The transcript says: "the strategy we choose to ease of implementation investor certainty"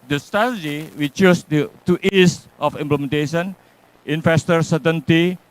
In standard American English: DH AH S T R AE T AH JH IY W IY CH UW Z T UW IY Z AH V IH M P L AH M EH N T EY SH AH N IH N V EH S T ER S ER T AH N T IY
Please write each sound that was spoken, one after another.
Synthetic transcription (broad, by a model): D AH S T AA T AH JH IY W IY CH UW S T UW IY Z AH F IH M P L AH M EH N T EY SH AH N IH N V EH S T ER S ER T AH N T IY